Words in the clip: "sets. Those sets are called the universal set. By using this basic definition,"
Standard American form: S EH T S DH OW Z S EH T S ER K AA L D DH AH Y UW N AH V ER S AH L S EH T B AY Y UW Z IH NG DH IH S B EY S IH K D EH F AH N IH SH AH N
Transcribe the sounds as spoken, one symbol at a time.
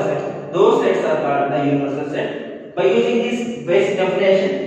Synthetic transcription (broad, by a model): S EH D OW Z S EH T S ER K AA D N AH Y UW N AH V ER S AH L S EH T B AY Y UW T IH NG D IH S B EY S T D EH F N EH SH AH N